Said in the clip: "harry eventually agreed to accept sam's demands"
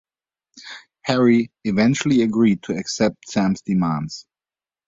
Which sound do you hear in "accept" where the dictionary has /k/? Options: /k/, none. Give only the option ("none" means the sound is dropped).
/k/